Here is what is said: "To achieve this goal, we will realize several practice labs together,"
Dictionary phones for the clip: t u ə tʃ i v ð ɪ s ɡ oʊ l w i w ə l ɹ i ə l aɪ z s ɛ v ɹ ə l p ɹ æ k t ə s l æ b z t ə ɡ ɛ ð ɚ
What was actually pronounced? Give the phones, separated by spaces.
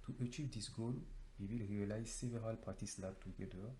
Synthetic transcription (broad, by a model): t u ə tʃ i v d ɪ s ɡ oʊ l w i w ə l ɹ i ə l aɪ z s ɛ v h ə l p ɑ t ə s l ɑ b t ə ɡ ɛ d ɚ